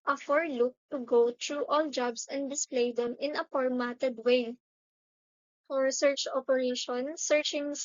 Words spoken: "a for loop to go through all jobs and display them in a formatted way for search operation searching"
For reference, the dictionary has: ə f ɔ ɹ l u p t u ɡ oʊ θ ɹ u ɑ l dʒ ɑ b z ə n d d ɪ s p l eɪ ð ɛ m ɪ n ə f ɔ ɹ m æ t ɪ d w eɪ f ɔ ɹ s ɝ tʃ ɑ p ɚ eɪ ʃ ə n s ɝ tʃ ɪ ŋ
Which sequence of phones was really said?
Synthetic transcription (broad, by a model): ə f ɔ ɹ l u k t u ɡ oʊ t ɹ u ɑ l dʒ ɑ b s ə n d d ɪ s p l eɪ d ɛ m ɪ n ə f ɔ ɹ m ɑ t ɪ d w eɪ f ɔ ɹ s ɝ tʃ ɑ p ɚ eɪ ʃ ə n s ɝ tʃ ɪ ŋ